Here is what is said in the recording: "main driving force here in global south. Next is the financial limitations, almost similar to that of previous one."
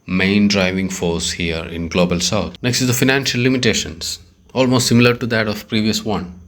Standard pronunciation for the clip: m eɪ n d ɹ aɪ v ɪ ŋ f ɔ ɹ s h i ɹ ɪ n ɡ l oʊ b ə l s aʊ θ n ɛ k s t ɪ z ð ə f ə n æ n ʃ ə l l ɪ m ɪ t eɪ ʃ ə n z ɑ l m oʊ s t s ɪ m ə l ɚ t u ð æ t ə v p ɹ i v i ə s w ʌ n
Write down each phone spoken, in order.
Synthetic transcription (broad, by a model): m eɪ n d ɹ aɪ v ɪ ŋ f ɔ ɹ s h i ɹ ɪ n ɡ l oʊ b ə l s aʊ t n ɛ k s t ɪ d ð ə f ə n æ n ʃ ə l l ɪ m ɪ t eɪ ʃ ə n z ɑ l m oʊ s t s ɪ m ə l ɚ t u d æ t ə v p ɹ i v i ə s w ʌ n